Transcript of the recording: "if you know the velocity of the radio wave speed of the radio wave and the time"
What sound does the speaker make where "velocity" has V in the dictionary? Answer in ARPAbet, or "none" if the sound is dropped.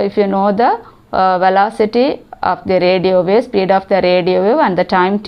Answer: V